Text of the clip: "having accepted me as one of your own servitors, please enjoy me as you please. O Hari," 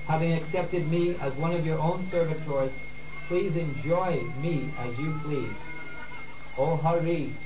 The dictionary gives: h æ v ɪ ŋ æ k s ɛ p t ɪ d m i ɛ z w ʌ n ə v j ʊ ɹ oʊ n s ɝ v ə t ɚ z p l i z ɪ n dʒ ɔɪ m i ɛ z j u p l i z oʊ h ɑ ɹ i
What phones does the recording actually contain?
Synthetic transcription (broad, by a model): h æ v ɪ ŋ æ k s ɛ p t ɪ d m i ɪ z w ʌ n ə v j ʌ ɹ oʊ n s ɝ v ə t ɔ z p l i z ɪ n dʒ ɔɪ m i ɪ z j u p l i z oʊ h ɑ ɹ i